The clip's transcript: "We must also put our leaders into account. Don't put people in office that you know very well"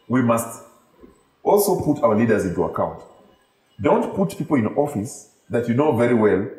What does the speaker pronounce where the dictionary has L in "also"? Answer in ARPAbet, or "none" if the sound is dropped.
L